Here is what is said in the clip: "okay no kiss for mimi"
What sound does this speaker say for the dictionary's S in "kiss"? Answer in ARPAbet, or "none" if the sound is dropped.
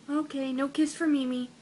S